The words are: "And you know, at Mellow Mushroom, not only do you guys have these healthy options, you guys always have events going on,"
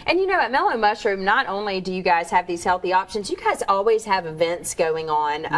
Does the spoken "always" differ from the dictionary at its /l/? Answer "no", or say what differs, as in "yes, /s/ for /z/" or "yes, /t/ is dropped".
no